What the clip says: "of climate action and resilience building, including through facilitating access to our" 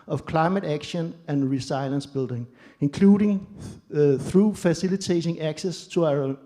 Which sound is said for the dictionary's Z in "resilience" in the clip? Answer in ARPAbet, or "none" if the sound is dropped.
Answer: S